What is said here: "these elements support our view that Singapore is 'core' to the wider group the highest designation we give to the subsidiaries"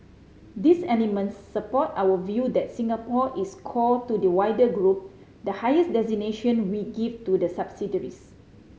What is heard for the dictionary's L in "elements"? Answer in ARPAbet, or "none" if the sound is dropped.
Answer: N